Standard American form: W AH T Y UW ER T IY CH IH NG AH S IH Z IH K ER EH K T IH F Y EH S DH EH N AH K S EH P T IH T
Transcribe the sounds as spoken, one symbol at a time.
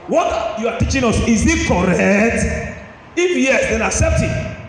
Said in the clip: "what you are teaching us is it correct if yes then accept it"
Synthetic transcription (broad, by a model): W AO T Y UW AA T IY CH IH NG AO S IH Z IH K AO EH K T IH F Y EH S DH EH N AH K S EH P T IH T